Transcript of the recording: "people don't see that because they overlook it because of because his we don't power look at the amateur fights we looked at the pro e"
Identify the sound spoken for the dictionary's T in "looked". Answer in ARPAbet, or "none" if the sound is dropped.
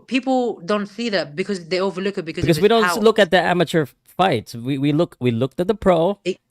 T